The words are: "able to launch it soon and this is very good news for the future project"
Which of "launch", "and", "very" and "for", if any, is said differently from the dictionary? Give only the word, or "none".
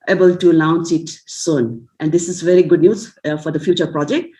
launch